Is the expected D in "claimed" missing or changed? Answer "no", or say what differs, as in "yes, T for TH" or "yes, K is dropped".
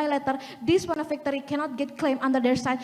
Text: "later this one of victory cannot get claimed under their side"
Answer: yes, D is dropped